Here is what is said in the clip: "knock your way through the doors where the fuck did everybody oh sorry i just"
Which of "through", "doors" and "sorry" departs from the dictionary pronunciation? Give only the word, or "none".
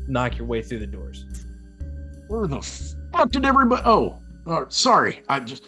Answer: none